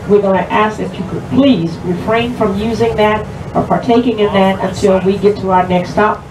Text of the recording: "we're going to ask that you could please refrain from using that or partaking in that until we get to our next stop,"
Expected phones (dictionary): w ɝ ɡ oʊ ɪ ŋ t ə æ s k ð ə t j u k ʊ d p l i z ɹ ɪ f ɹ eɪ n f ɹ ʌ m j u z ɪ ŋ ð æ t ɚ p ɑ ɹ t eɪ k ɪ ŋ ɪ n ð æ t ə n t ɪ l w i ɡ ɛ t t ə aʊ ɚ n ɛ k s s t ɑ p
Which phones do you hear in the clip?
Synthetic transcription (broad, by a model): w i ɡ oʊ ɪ t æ s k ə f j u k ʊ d p l i z ɹ ɪ f ɹ eɪ n f ɹ ʌ m j u z ɪ ŋ ð æ t ɚ p ɑ ɹ t eɪ k ɪ ŋ ɪ n ð æ t ə n t ɪ l w i ɡ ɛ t t ə aʊ ɚ n ɛ k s s t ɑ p